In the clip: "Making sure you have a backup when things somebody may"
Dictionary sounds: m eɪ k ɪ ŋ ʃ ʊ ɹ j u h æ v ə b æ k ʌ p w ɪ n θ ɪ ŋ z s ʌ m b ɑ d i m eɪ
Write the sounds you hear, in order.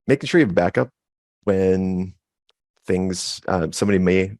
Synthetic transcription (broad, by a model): m eɪ k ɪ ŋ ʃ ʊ ɹ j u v ə b æ k ʌ p w ɪ n θ ɪ ŋ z s ʌ m b ɑ d i m eɪ